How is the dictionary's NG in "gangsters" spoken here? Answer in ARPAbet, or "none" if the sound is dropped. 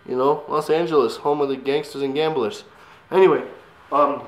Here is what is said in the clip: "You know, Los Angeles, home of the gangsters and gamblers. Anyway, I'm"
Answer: NG